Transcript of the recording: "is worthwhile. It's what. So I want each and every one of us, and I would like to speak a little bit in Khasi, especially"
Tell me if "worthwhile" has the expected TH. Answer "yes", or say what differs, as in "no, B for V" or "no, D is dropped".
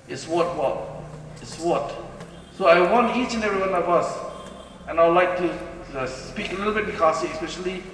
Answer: no, T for TH